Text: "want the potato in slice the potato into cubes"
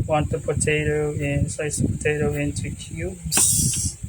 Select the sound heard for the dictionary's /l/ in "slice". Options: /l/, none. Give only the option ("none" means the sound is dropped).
none